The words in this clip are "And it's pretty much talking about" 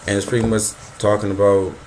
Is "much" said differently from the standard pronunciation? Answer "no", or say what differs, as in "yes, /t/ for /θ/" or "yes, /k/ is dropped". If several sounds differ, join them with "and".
yes, /s/ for /tʃ/